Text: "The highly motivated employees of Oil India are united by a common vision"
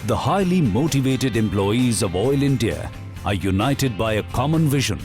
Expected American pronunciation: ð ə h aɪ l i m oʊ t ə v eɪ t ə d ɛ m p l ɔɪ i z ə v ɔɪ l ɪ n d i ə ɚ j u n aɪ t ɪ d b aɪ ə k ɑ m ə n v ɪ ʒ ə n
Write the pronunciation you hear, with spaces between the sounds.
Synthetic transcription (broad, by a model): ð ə h aɪ l i m oʊ t ə v eɪ t ə d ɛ m p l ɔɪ i z ə v ɔɪ l ɪ n d i ə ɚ j u n aɪ t ɪ d b aɪ ə k ɑ m ə n v ɪ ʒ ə n